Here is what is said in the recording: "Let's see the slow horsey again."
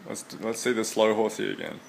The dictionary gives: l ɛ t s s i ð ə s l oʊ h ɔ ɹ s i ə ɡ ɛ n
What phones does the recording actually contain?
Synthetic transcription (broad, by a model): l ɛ t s s i ð ə s l oʊ h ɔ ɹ θ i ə ɡ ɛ n